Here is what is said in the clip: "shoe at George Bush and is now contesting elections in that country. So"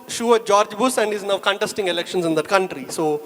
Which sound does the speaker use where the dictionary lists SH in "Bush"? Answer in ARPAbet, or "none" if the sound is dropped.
S